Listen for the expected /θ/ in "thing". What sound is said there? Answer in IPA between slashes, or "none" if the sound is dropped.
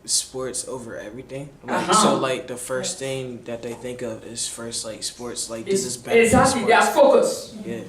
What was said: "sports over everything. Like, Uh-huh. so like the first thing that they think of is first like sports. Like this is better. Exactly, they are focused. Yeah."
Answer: /θ/